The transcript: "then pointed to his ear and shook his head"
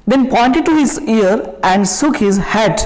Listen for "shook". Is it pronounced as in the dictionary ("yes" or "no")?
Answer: no